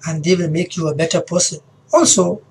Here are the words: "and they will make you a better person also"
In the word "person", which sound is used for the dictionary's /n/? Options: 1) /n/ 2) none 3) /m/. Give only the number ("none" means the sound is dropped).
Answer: 2